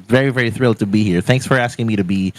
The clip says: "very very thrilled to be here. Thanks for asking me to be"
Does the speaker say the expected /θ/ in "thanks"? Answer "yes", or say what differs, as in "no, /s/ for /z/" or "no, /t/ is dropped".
yes